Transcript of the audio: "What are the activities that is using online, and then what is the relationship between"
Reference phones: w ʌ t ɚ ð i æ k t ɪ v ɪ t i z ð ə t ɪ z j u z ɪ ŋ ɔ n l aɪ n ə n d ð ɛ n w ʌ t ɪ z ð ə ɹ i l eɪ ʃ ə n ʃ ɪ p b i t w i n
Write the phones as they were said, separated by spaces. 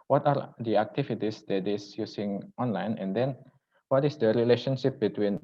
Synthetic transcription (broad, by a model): w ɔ t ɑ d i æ k t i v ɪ t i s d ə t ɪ s j u s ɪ ŋ ɔ n l aɪ n ə n d ɛ n w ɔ t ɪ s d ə ɹ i l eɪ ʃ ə n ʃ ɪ p b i t w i n